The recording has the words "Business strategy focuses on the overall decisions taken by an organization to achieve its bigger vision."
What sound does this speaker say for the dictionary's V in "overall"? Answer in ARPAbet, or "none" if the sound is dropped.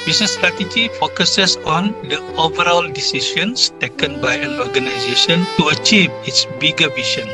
V